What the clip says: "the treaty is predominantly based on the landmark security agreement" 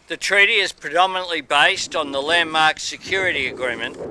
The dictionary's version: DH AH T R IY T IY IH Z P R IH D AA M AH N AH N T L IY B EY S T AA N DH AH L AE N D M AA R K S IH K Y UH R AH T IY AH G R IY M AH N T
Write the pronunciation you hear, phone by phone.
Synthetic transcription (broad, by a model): DH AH T R IY T IY IH Z P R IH D AA M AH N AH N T L IY B EY S T N DH AH L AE N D M AA R K S IH K Y UH R AH T IY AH G R IY M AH N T